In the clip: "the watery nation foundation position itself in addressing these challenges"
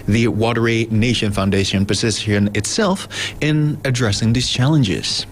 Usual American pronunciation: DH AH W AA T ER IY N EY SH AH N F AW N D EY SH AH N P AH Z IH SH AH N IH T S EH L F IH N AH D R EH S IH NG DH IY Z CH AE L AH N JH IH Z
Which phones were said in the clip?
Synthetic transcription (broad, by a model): DH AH W AA T ER IY N EY SH AH N F AW N D EY SH AH N P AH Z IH S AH N IH T S EH L F IH N AH D R EH S IH NG DH IY Z CH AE L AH N JH IH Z